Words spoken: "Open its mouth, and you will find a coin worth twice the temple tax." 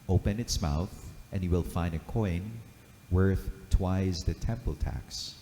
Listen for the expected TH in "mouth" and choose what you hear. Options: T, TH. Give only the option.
TH